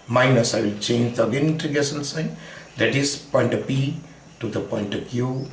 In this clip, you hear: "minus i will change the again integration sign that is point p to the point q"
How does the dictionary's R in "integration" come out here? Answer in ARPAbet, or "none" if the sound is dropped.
none